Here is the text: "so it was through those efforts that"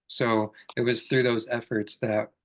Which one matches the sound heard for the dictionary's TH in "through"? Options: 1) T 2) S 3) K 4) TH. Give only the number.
4